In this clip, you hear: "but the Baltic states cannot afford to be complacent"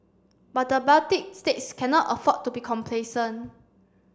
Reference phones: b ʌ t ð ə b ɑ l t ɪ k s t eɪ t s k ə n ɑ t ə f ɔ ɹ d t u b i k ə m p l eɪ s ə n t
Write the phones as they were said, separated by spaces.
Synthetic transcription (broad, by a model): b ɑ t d ə b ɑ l t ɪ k s t eɪ t s k ə n ɑ t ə f ɔ t u b i k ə m p l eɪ s ə n